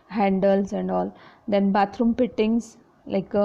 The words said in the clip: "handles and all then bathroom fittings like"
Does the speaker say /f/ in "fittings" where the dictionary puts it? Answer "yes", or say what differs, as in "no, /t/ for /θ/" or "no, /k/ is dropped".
no, /p/ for /f/